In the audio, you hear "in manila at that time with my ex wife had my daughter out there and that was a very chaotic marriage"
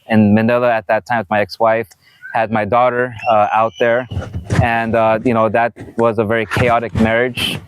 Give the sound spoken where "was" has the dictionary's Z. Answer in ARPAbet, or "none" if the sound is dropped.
Z